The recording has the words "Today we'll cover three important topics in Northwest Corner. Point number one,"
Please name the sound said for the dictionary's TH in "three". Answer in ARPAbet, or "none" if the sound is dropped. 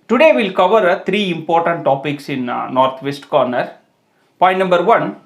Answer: T